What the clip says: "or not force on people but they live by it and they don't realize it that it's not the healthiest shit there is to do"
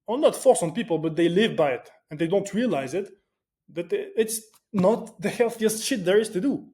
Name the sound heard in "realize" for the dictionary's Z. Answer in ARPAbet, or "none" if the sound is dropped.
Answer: Z